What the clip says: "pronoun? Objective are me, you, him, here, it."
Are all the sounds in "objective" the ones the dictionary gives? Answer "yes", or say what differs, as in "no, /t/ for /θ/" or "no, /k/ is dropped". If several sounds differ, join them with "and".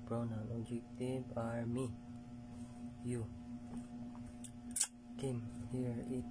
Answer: no, /b/ is dropped